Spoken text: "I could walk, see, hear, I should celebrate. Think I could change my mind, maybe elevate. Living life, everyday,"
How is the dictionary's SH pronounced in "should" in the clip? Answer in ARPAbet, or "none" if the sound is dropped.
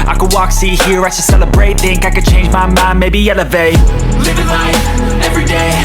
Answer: S